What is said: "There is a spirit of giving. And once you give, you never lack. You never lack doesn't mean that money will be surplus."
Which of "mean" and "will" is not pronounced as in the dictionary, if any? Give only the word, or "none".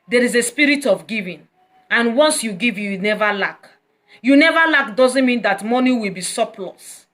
none